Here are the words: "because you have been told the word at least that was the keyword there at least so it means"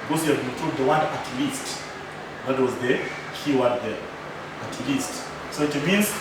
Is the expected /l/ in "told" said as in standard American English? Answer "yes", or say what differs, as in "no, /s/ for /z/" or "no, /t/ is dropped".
no, /l/ is dropped